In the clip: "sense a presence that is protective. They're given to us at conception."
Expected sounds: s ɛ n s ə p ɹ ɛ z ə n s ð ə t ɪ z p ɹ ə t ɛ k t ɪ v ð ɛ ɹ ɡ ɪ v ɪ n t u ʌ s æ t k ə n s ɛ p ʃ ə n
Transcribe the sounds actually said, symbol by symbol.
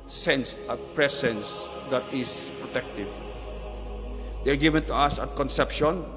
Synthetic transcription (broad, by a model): s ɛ n s ə p ɹ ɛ s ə n s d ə t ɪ s p ɹ ə t ɛ k t ɪ v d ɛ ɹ ɡ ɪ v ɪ n t u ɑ s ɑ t k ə n s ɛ p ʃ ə n